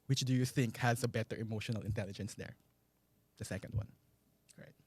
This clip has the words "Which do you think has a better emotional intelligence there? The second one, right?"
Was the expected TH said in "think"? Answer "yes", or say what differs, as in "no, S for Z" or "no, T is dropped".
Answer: yes